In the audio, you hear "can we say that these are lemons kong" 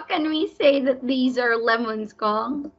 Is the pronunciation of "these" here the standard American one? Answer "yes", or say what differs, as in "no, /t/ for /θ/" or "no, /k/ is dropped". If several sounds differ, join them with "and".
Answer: yes